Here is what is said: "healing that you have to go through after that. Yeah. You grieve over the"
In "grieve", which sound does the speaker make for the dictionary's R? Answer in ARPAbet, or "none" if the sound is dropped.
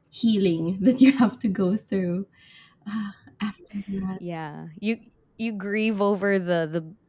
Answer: R